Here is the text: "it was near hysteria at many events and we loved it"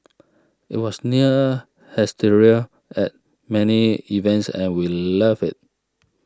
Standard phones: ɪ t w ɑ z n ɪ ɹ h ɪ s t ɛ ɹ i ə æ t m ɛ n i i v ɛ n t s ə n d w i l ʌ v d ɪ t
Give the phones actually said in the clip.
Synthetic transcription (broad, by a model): ɪ t w ɑ s n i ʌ h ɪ s t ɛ ɹ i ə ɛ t m ɛ n i i v ɛ n t s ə n w i l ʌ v ɪ t